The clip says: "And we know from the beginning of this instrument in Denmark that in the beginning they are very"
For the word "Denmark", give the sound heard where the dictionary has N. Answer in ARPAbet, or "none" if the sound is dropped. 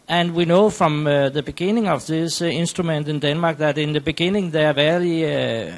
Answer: N